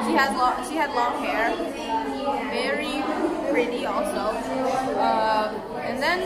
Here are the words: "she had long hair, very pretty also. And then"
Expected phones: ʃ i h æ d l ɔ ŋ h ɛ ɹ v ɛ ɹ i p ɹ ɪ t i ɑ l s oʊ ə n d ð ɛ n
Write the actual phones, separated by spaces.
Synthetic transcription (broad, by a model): ʃ i h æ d l ɔ ŋ h ɛ ɹ v ɛ ɹ i p ɹ ɪ t i ɑ l s oʊ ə n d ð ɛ n